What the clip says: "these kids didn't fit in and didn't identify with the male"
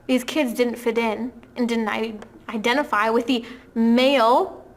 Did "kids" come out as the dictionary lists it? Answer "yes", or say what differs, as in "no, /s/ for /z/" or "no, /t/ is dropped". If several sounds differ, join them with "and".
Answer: yes